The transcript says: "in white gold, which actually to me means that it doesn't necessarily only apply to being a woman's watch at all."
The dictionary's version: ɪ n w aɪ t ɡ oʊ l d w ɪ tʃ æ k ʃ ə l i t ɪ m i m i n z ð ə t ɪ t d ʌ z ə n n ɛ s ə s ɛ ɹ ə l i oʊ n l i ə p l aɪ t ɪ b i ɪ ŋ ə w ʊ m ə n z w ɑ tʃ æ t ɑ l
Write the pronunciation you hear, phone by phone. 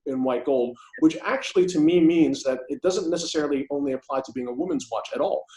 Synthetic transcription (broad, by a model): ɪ n w aɪ t ɡ oʊ l d w ɪ tʃ æ k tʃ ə l i t ɪ m i m i n z ð ə t ɪ t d ʌ z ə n n ɛ s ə s ɛ ɹ l i oʊ n l i ə p l aɪ t ɪ b i ɪ ŋ ə w ʊ m ə n z w ɑ tʃ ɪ t ɑ l